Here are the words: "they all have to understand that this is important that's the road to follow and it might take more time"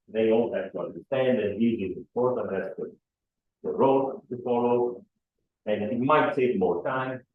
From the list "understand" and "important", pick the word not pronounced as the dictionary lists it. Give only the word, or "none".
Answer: important